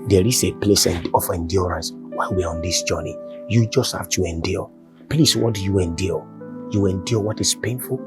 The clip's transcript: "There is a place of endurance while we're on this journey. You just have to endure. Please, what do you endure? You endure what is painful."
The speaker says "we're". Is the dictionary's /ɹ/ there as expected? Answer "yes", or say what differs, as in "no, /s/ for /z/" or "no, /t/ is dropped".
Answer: yes